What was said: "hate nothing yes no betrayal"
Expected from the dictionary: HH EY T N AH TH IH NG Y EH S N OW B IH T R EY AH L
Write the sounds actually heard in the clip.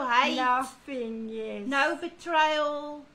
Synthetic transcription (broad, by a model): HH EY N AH F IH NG Y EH N OW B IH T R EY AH L